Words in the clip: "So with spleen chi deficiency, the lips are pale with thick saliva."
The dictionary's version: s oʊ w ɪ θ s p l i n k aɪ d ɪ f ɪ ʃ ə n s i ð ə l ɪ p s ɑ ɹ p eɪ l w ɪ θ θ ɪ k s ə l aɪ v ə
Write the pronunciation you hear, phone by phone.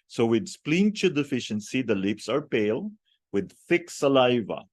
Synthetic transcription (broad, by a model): s oʊ w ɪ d s p l i n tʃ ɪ d ɪ f ɪ ʃ ə n s i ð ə l ɪ p s ɑ ɹ p eɪ l w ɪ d θ ɪ k s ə l aɪ v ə